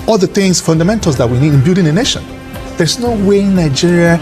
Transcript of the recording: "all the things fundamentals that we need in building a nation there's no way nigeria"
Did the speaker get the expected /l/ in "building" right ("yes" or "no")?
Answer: no